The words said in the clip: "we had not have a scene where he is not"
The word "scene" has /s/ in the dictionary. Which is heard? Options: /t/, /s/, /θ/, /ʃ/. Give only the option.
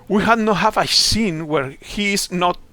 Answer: /s/